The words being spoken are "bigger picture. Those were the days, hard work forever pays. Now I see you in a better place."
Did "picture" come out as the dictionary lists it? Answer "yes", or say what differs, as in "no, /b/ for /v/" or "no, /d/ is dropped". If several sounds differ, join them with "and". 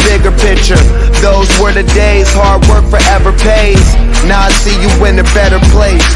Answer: yes